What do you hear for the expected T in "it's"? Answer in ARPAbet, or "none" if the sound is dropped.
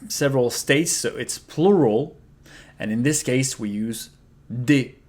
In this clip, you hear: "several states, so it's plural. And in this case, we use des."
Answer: T